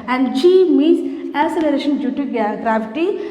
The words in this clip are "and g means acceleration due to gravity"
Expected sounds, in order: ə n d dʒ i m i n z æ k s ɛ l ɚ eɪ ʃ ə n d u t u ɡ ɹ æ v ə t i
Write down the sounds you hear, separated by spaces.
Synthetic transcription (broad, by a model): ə n d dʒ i m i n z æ s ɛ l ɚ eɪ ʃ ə n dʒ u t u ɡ ɹ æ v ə t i